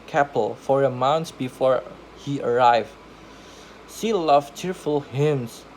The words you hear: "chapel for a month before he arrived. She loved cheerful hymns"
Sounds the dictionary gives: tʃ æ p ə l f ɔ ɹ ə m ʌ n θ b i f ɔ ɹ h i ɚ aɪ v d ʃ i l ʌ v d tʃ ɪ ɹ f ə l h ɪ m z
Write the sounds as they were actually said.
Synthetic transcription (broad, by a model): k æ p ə l f ɔ ɹ ə m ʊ n s b i f ɔ ɹ h i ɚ aɪ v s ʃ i l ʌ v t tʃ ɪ ɹ f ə l h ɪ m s